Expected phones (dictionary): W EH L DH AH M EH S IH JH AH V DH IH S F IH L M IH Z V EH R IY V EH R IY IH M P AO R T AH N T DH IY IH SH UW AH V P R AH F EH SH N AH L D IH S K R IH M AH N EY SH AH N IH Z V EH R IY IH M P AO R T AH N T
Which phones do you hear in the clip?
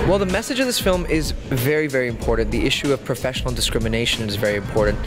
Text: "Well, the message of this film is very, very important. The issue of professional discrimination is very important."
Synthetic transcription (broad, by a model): W EH L DH AH M EH S IH JH AH V DH IH S F IH L M IH Z V EH R IY V EH R IY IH M P AO R T N DH IY IH SH UW AH V P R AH F EH SH N L D IH S K R IH M AH N EY SH AH N IH Z V EH R IY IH M P AO R T N T